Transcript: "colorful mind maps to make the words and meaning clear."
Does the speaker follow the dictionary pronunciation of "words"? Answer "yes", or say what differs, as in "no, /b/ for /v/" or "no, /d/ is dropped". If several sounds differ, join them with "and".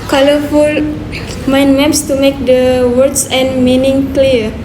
no, /s/ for /z/